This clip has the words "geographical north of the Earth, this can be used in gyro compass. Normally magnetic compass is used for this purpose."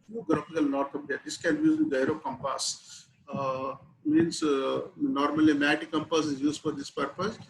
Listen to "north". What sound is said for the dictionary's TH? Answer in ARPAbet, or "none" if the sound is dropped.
T